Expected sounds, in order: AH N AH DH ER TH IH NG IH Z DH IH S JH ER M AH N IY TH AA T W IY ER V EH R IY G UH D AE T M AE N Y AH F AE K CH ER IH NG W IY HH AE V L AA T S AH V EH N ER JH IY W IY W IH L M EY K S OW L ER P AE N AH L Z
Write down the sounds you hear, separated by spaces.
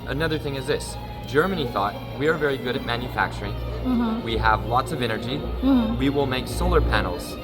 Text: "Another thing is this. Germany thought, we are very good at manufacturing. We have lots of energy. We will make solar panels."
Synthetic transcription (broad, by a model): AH N AH DH ER TH IH NG IH Z DH IH S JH ER M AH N IY TH AA T W IY ER V EH R IY G UH D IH T M AE N Y AH F AE K CH ER IH NG W IY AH V L AA T S AH V EH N ER JH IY W IY W IH L M EY K S OW L ER P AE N L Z